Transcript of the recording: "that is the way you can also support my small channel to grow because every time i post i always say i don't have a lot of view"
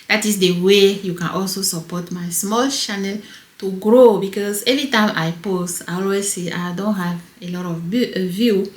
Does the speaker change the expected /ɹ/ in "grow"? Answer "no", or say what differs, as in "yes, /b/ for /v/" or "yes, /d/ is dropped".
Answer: no